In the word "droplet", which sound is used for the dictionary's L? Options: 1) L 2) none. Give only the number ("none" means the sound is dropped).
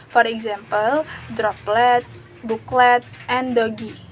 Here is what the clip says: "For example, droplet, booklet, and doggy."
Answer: 1